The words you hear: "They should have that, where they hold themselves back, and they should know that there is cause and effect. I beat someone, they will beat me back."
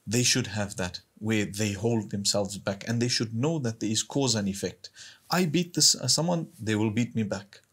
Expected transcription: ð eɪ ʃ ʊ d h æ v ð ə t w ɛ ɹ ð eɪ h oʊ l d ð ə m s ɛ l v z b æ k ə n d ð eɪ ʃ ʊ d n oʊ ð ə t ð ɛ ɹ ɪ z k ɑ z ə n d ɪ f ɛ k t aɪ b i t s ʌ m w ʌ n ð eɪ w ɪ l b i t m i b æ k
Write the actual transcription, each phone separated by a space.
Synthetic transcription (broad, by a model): ð eɪ ʃ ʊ d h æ v ð ə t w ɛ ɹ ð eɪ h oʊ l d ð ə m s ɛ l v z b æ k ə n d ð eɪ ʃ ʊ d n oʊ ð ə t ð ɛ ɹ ɪ z k ɑ z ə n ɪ f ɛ k t aɪ b i t s ʌ m w ʌ n ð eɪ w ɪ l b i t m i b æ k